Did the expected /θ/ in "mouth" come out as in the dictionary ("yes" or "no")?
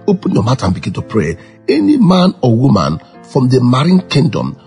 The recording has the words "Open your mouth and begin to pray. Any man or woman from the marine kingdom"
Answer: no